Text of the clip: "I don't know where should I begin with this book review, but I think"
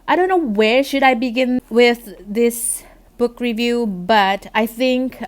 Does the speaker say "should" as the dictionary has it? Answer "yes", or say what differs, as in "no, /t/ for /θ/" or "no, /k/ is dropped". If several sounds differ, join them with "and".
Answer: yes